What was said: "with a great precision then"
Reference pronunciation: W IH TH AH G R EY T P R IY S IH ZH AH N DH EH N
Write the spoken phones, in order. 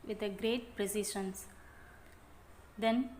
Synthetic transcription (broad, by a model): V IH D AH G R EY T P R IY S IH SH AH N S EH N